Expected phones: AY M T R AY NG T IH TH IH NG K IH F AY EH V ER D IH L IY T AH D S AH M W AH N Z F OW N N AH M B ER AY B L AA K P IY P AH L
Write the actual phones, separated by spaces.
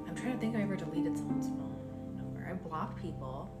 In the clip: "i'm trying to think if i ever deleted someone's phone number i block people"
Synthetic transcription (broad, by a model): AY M T R AY NG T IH TH IH NG K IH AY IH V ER D IH L IY T AH D S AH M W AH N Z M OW L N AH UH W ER AY B L AA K P IY P L